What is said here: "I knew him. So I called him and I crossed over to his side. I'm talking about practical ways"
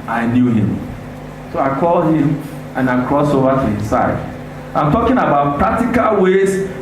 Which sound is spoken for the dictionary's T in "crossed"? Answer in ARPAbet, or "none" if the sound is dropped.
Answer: none